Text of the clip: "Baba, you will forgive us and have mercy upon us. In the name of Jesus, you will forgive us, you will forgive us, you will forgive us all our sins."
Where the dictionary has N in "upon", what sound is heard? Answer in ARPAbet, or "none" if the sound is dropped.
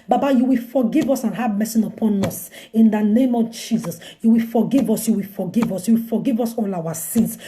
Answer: N